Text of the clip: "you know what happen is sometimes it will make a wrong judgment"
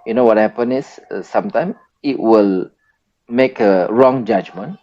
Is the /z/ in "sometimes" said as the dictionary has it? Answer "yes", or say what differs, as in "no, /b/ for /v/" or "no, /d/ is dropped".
no, /z/ is dropped